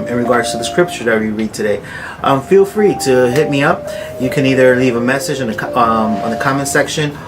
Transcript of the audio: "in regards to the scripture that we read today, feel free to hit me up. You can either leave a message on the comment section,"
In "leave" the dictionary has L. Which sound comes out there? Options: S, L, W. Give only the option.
L